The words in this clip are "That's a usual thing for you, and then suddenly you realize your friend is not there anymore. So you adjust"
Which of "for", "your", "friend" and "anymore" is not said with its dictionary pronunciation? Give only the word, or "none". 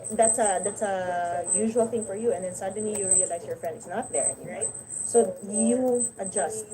anymore